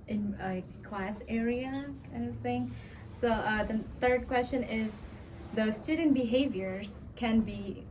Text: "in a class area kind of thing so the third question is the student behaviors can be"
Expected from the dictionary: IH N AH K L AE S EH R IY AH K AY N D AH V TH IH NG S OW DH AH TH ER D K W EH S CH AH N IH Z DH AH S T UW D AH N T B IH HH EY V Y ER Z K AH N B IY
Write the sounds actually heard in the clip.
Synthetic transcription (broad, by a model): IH N AH K L AE S EH R IY AH K AY N D AH V TH IH NG S OW DH AH TH ER D K W EH S CH AH N IH Z DH AH S T UW D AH N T B IH HH EY V Y ER Z K AH N B IY